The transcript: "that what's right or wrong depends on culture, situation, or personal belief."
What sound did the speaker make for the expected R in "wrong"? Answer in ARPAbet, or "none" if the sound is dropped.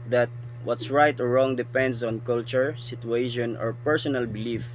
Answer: R